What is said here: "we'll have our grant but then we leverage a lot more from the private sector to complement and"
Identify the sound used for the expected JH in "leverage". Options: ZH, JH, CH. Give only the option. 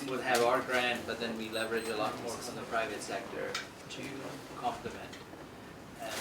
JH